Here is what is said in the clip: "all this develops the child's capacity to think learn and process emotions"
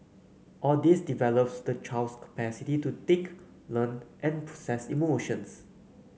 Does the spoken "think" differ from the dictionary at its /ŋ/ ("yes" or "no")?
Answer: yes